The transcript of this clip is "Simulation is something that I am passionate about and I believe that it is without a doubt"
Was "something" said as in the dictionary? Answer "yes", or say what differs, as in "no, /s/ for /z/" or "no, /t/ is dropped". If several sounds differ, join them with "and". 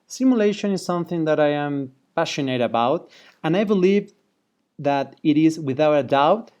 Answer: yes